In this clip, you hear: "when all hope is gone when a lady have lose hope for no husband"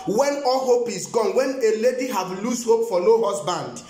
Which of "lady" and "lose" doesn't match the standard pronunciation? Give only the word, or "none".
lose